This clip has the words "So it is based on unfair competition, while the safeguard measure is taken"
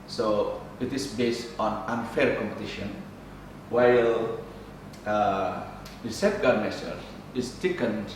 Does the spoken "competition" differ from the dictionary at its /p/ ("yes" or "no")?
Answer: no